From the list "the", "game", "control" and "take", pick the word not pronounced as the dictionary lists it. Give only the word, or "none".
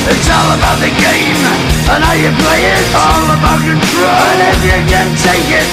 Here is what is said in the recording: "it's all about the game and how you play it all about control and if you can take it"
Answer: control